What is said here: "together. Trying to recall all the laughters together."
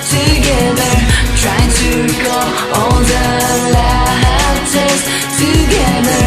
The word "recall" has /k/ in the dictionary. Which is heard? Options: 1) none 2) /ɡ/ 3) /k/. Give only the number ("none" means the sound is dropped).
1